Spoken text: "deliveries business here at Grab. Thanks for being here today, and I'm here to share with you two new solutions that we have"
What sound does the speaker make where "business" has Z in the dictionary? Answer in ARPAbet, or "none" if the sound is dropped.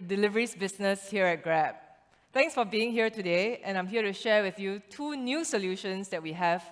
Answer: S